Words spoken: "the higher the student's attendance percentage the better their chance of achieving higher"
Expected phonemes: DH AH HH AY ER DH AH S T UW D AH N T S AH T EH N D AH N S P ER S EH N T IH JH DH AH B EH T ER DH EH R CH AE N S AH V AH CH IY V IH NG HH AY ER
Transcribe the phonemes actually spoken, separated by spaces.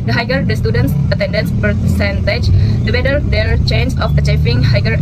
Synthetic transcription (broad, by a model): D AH HH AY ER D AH S T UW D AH N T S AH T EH N D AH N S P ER S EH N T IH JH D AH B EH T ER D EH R CH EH N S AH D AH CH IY F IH NG HH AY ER